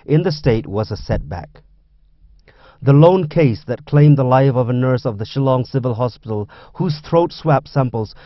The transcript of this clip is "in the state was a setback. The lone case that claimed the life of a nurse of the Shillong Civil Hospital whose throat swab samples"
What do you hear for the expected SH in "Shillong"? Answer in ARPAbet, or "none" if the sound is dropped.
SH